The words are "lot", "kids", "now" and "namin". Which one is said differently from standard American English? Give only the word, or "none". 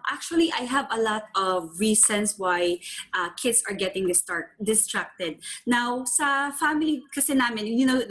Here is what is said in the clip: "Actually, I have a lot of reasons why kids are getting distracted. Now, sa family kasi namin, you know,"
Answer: kids